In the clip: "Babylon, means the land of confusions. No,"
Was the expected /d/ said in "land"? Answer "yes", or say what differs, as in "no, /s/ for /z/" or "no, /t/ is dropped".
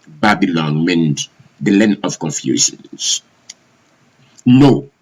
no, /d/ is dropped